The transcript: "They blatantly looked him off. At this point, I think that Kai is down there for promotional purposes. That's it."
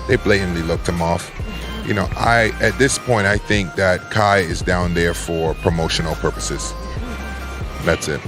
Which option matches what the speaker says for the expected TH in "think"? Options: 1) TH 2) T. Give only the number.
1